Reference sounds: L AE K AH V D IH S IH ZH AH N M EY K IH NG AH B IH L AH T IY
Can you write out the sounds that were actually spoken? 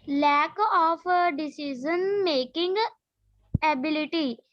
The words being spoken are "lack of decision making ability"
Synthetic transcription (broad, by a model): L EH K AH P D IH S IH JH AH N M EY K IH NG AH B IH L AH T IY